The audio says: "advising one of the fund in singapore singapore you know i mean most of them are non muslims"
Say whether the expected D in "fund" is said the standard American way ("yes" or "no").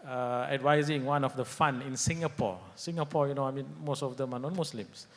no